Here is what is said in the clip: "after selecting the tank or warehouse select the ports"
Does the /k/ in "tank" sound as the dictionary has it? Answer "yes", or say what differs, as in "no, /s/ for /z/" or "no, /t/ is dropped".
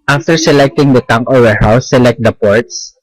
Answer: no, /k/ is dropped